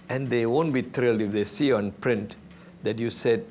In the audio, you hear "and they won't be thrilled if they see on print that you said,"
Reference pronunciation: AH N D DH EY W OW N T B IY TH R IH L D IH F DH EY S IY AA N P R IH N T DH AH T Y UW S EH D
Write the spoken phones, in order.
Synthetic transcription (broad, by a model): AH N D EY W OW N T B IY T R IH L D IH F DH EY S IY AA N P R IH N T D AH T Y UW S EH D